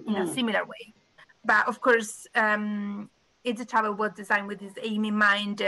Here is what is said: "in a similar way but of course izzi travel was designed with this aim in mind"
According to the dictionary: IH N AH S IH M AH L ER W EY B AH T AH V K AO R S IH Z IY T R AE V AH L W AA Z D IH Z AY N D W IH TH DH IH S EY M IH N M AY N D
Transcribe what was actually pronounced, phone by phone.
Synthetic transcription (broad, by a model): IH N AH S IH M AH L ER W EY B AH T AH V K AO R S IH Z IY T AA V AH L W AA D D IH Z AY N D W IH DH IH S EY M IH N M AY N D